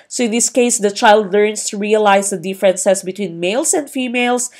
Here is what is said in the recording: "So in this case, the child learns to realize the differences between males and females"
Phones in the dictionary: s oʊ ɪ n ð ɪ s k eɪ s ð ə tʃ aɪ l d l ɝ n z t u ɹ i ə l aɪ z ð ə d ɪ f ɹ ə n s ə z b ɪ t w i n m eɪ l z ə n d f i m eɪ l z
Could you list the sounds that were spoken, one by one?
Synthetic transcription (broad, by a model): s oʊ ɪ n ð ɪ s k eɪ s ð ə tʃ aɪ l d l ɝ n s t u ɹ i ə l aɪ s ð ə d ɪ f ɹ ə n s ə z b ɪ t w i n m eɪ l s ə n d f i m eɪ l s